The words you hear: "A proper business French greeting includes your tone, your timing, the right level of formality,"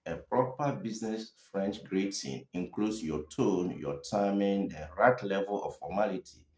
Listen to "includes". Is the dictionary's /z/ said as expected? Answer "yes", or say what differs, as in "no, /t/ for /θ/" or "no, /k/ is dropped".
no, /s/ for /z/